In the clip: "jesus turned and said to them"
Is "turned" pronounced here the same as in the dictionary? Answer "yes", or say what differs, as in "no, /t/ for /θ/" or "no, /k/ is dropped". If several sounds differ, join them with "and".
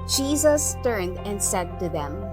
yes